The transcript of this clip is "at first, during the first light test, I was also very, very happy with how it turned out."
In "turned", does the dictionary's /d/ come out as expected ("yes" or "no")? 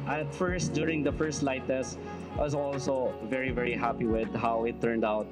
yes